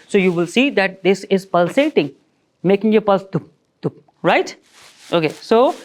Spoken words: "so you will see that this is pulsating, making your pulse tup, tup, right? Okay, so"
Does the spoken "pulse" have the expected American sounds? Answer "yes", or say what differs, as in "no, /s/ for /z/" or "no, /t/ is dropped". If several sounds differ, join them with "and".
yes